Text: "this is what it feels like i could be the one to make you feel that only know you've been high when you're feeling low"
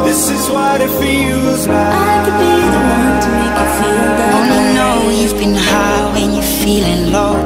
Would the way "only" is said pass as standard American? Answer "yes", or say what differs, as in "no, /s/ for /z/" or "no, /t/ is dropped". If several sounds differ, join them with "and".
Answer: no, /l/ is dropped